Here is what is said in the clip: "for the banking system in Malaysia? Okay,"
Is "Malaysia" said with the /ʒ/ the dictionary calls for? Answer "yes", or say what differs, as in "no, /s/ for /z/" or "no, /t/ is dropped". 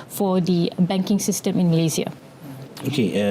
no, /z/ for /ʒ/